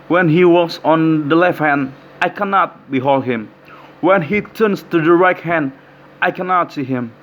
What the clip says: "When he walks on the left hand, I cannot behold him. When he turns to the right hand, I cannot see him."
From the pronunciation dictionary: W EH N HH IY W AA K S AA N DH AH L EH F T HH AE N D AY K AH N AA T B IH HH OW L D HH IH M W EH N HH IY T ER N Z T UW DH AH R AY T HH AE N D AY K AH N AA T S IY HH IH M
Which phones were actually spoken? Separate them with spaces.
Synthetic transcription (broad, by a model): W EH N HH IY W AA S AA N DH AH L EH F T HH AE N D AY K AH N AA T B IH HH OW L D HH IH M W EH N HH IY T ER N S T UW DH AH R AY T HH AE N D AY K AH N AA T S IY HH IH M